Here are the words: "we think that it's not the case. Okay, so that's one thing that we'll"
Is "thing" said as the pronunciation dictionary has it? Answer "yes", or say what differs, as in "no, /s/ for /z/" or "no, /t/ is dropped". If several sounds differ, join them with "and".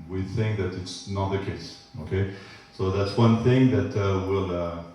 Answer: yes